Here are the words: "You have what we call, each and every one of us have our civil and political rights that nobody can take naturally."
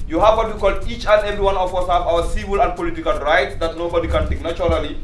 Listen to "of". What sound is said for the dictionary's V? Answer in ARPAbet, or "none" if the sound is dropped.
W